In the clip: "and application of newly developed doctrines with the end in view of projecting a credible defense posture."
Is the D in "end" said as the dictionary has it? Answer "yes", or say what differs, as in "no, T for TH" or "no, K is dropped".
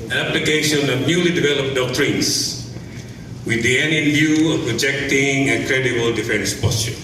no, D is dropped